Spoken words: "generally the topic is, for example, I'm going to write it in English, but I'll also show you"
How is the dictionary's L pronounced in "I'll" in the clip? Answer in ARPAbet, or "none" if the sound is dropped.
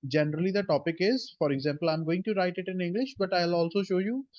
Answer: L